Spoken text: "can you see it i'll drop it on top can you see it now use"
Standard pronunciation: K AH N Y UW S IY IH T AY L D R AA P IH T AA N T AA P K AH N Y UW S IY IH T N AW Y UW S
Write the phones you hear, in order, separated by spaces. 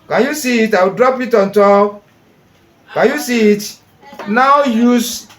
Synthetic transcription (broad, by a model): K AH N Y UW S IY IH T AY W D R AA P IH T AA N T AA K K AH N Y UW S IY IH T N AW Y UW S